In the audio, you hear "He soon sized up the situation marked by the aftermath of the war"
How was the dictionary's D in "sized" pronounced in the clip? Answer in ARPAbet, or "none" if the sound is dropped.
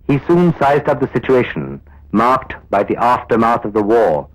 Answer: D